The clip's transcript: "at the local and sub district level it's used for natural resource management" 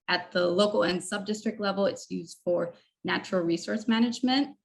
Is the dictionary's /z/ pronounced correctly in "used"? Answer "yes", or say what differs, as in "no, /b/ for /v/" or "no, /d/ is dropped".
yes